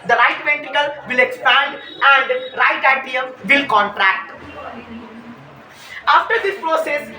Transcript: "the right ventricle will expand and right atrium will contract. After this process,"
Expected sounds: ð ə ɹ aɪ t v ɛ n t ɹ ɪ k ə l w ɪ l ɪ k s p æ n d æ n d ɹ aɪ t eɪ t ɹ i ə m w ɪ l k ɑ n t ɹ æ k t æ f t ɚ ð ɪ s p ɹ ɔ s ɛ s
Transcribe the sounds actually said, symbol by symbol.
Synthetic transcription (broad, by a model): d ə ɹ aɪ t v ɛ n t ɪ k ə l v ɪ l ɪ k s p æ n d æ n d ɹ aɪ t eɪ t i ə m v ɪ l k ɑ n t ɹ æ k t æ f t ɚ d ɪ s p ɹ ɔ s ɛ s